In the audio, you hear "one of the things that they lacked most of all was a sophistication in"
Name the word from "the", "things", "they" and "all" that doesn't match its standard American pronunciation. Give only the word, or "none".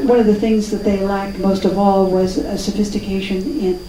none